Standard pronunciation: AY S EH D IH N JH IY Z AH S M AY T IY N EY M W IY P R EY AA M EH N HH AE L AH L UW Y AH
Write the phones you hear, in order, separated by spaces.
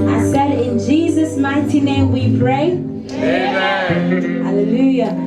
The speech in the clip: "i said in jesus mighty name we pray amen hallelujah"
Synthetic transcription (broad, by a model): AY S EH D IH N JH IY Z AH S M AY T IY N EY M W IY P R EY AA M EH HH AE L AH L UW Y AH